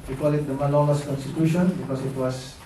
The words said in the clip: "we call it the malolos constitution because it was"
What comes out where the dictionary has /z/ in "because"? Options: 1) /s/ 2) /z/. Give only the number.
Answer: 1